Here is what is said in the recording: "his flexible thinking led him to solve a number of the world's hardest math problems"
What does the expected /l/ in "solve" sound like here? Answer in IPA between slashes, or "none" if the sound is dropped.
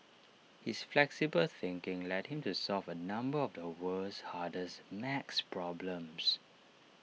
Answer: /l/